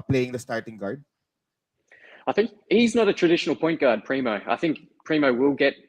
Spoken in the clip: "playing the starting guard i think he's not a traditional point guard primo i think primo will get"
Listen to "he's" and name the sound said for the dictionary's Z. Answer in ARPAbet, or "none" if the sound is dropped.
Z